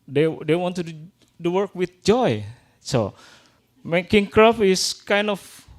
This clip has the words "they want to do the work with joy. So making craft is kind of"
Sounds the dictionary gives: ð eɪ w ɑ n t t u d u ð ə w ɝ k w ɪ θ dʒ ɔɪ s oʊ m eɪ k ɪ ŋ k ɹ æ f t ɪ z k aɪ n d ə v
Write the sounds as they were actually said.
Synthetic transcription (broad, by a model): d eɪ w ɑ n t t u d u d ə w ɝ k w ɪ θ dʒ ɔɪ s oʊ m eɪ k ɪ ŋ k ɹ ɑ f ɪ s k aɪ n d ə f